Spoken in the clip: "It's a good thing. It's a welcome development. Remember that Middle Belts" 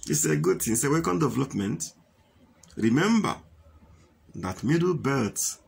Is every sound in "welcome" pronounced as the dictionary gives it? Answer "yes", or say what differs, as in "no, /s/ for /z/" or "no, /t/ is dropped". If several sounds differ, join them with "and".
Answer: no, /l/ is dropped